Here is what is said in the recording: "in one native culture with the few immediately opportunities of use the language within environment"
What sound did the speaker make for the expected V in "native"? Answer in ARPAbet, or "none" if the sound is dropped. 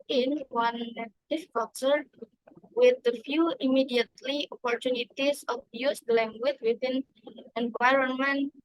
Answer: F